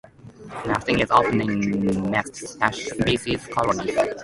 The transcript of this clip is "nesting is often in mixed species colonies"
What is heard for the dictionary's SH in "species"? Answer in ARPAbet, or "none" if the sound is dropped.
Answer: S